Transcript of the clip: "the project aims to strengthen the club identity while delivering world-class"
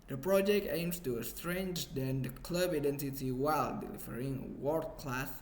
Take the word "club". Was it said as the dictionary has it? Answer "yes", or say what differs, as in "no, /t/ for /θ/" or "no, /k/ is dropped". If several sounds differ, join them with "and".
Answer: yes